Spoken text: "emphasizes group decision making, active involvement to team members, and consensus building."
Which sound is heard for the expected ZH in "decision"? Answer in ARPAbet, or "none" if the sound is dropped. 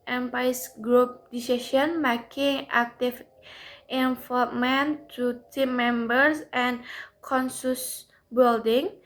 S